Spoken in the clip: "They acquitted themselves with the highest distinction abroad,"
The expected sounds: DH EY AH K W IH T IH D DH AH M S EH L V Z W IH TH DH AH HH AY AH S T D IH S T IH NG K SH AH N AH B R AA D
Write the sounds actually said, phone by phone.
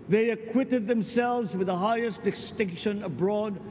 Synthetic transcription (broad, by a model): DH EY AH K W IH T IH D DH AH M S EH L V Z W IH DH AH HH AY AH S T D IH S T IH NG K SH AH N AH B R AA D